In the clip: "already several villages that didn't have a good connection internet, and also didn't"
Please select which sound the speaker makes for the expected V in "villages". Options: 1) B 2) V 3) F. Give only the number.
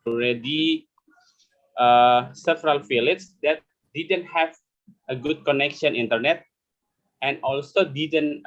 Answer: 3